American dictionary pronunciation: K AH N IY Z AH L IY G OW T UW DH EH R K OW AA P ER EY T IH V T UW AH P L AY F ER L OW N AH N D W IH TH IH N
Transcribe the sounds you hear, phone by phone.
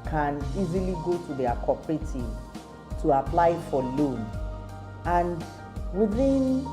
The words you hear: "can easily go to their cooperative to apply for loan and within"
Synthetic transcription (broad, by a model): K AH N IY Z AH L IY G OW T UW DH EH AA K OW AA P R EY T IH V T UW AH P L AY F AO L OW N AH N D W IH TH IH N